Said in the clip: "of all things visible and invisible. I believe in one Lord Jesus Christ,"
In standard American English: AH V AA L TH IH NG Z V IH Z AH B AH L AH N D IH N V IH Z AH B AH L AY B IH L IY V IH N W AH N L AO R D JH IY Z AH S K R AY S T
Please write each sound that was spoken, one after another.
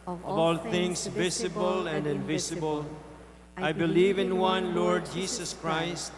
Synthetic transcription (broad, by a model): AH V AA L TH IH NG S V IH S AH B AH L AH N D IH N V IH S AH B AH L AY B IH L IY V IH N W AH N L AO R D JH IY S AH S K R AY S T